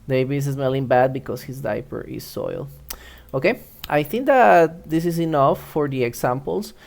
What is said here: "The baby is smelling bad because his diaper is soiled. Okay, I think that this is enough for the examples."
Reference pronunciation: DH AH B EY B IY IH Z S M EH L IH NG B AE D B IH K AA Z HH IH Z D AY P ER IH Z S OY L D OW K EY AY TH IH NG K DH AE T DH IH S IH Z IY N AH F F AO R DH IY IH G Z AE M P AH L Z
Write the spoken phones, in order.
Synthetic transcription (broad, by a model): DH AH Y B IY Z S M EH L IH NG B AE D B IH K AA S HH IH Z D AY P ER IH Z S OY L OW K EY AY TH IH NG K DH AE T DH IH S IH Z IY N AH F F AO R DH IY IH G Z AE M P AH L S